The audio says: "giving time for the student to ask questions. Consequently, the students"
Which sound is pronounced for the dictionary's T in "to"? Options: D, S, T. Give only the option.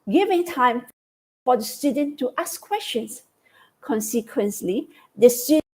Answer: T